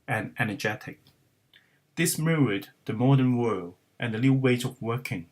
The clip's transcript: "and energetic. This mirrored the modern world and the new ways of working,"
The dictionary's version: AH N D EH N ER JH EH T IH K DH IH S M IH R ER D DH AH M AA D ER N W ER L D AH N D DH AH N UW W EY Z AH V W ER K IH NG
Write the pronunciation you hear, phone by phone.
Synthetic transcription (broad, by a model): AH N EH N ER JH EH T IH K DH IH S M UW ER D DH AH M AA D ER N W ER L D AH N DH AH L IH W EY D AH V W ER K IH NG